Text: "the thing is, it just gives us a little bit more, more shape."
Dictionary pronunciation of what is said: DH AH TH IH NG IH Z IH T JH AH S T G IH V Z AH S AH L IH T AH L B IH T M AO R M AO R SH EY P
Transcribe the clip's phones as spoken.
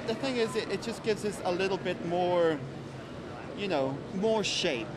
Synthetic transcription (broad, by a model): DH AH TH IH NG IH Z IH T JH AH S G IH V Z AH S AH L IH T L B IH T M AO R M AO R SH EY P